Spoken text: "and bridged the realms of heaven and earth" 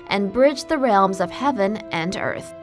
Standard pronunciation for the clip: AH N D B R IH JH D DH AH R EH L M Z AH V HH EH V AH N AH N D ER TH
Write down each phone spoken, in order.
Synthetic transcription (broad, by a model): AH N B R IH JH DH AH R EH L M Z AH V HH EH V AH N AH N ER TH